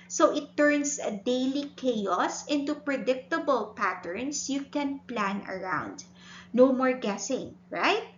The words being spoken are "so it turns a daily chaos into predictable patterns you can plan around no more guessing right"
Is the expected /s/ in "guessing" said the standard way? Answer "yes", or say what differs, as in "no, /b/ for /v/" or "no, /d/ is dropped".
yes